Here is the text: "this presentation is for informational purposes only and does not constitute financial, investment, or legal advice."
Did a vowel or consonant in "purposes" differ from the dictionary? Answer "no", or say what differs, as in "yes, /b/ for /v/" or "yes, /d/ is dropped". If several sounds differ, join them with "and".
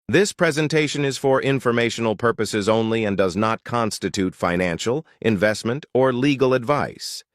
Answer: no